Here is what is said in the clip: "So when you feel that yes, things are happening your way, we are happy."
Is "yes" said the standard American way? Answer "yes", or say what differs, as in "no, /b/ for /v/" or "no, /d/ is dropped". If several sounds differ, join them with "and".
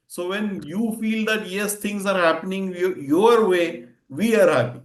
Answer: yes